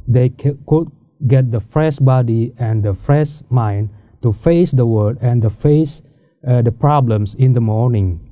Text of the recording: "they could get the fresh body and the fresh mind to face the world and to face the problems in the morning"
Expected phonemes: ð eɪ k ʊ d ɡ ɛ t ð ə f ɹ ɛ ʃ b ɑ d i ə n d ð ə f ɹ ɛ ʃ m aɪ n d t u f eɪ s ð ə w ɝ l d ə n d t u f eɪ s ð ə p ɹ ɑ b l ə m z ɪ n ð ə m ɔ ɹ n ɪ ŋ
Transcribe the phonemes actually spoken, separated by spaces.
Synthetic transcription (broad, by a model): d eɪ k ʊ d ɡ ɛ t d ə f ɹ ɛ ʃ b ɑ d i ə n d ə f ɹ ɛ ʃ m aɪ n t u f eɪ s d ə w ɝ d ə n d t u f eɪ s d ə p ɹ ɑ b l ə m s ɪ n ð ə m ɔ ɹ n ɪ ŋ